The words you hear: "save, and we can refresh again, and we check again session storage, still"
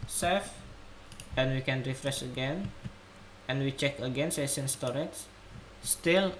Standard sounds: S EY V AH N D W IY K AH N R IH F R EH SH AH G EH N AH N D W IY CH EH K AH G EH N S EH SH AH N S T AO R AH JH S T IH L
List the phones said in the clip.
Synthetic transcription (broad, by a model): S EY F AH N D W IY K AH N R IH F R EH S AH G EH N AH N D W IY CH EH K AH G EH N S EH S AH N S T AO R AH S S T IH L